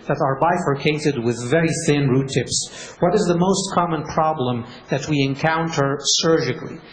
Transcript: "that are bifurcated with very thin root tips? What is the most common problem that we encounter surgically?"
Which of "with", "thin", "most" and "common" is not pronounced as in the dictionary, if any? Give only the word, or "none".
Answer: none